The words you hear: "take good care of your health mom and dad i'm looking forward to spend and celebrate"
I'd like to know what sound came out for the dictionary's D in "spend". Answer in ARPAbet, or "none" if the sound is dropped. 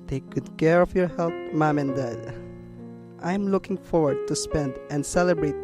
D